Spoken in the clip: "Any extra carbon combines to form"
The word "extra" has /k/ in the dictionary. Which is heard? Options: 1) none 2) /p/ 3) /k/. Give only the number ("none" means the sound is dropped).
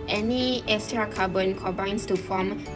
1